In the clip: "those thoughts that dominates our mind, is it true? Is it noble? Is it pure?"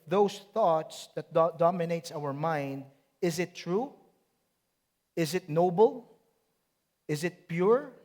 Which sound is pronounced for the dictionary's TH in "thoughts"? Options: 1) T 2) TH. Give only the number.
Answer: 2